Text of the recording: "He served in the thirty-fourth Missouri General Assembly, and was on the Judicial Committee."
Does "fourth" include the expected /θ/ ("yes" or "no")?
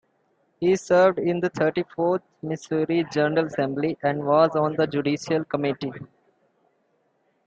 no